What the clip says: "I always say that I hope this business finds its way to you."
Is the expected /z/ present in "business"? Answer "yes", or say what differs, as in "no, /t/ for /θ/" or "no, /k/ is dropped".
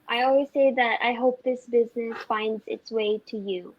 yes